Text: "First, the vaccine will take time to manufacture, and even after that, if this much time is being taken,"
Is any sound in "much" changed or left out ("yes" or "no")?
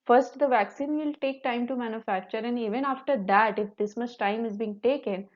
yes